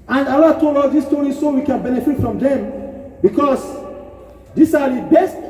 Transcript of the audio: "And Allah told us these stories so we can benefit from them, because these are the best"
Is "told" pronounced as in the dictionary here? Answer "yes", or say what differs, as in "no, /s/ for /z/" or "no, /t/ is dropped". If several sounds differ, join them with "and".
no, /d/ is dropped